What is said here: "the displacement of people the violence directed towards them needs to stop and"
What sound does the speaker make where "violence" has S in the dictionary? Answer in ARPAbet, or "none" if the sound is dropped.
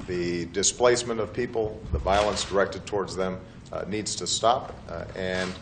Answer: S